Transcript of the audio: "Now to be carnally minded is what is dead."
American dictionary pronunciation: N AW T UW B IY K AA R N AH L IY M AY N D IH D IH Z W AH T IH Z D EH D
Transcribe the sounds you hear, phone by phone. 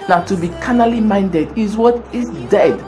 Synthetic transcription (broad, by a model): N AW T UW B IY K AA N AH L IY M AY N D IH D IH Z W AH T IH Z D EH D